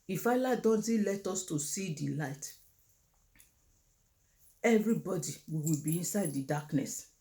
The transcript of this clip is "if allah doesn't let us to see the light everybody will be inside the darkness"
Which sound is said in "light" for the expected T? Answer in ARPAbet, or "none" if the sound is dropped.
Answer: T